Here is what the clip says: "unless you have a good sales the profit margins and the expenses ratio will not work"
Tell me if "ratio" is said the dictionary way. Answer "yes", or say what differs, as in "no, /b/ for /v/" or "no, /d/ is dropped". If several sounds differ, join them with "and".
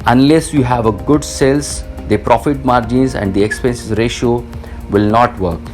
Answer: yes